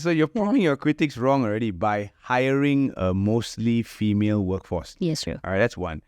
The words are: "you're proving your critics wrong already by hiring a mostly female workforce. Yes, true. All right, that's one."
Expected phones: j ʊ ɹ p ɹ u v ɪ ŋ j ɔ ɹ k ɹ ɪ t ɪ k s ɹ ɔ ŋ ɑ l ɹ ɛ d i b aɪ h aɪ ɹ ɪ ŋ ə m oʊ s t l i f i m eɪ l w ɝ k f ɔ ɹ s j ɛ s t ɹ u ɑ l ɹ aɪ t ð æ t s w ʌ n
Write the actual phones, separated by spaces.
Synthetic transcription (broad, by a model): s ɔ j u p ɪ ŋ j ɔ k ɹ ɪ t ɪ k s ɹ ɔ ŋ ɑ l ɹ ɛ d i b aɪ h aɪ ɹ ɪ ŋ ə m oʊ s t l i f i m eɪ l w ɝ k f ɔ s j ɛ s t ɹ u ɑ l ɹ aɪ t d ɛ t s w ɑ n